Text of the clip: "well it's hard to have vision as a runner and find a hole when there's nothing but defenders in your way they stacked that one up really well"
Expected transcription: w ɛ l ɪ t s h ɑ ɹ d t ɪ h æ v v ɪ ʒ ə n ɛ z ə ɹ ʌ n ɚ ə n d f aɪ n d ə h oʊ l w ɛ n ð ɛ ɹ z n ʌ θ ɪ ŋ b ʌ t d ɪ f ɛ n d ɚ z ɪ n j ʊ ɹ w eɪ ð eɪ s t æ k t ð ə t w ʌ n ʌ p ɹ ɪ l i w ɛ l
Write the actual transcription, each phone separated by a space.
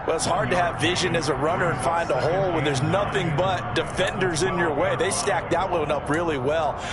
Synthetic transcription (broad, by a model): w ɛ l ɪ t s h ɑ ɹ d t ɪ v v ɪ ʒ ə n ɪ z ə ɹ ʌ n ɚ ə n f aɪ n d ə h oʊ l w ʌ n ð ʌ ɹ z n ʌ θ ɪ ŋ b ʌ t d ɪ f ɛ n d ɚ z ɪ n j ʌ ɹ w eɪ ð eɪ s t æ k ð ə t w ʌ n ʌ p ɹ ɪ l i w ɛ l